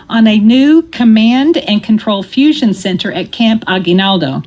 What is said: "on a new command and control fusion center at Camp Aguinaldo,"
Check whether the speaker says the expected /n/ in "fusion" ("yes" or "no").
yes